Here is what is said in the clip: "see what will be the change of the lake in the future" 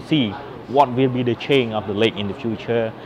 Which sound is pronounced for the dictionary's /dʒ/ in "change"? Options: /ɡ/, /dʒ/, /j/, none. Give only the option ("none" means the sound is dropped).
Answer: none